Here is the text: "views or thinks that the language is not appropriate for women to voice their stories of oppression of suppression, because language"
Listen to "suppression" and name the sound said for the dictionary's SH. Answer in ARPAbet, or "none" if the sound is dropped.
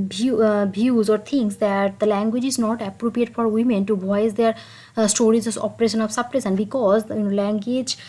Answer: S